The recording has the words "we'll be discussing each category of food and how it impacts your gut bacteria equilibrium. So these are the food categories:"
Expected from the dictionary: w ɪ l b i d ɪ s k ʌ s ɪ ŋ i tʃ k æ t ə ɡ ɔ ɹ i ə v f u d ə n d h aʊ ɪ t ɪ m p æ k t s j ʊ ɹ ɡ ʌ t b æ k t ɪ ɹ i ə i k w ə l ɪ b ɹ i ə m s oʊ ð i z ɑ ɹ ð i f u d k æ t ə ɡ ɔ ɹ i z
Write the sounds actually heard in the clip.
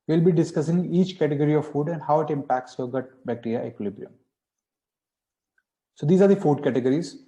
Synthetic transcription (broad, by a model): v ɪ l b i d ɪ s k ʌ s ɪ ŋ i tʃ k æ t ə ɡ ɔ ɹ i ə v f u d ə n d h aʊ ɪ t ɪ m p æ k t s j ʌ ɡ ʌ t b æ k t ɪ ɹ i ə k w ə l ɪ b ɹ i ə m s oʊ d i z ɑ ɹ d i f u d k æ t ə ɡ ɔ ɹ i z